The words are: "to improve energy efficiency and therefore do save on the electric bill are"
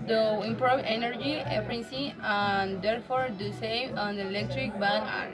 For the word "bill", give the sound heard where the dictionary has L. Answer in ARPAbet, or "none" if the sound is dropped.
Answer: N